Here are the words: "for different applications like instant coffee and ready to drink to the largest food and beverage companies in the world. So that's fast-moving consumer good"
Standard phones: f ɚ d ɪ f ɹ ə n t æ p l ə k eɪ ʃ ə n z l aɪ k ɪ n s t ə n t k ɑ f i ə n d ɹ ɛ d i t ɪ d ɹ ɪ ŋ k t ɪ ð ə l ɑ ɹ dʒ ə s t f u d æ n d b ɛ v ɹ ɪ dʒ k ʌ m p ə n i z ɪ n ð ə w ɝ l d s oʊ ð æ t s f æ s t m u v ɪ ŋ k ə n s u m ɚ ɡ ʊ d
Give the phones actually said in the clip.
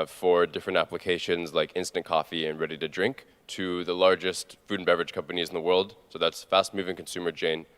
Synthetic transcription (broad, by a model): f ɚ d ɪ f ɹ ə n t æ p l ə k eɪ ʃ ə n z l aɪ k ɪ n s t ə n k ɑ f i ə n ɹ ɛ d i t ɪ d ɹ ɪ ŋ k t ɪ ð ə l ɑ ɹ dʒ ə s t f u d n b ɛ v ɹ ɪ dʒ k ʌ m p ə n i z n ð ə w ɝ l d s oʊ ð æ t s f æ s t m u v ɪ ŋ k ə n s u m ɚ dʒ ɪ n